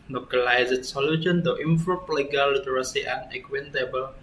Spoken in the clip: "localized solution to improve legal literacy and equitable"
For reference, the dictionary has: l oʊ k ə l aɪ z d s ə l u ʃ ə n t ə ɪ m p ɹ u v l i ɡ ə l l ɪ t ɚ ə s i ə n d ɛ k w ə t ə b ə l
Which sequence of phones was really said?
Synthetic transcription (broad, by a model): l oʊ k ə l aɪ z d s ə l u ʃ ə n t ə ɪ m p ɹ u p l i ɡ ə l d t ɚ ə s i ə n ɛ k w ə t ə b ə l